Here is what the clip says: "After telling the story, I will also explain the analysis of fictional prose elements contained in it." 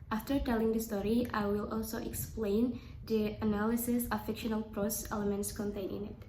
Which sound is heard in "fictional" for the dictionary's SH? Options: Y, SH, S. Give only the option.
SH